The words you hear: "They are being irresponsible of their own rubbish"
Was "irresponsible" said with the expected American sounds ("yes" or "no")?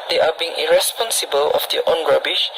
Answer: yes